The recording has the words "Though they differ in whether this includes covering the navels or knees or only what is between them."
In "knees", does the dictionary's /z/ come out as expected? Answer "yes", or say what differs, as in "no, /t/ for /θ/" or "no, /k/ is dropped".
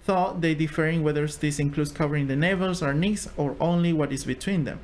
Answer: no, /s/ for /z/